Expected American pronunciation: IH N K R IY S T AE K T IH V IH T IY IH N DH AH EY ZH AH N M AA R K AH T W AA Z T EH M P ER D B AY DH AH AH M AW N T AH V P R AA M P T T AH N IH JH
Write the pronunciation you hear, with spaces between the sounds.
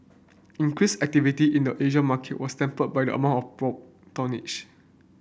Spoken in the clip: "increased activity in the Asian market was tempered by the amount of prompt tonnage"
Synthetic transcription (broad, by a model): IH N K R IY S AE K T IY V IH T IY IH N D AH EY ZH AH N M AA K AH T W AA S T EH M P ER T B AY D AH AH M AW N T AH F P R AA P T T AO N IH CH